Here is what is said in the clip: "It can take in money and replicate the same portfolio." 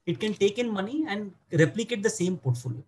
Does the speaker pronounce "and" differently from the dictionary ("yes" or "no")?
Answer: no